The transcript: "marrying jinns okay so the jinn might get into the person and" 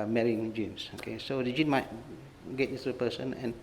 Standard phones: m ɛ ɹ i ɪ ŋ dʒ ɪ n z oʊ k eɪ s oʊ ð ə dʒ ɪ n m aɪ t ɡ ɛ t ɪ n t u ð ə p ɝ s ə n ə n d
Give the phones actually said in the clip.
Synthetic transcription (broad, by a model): m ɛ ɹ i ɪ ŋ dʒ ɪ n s oʊ k eɪ s oʊ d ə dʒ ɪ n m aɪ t ɡ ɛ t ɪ t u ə p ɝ s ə n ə n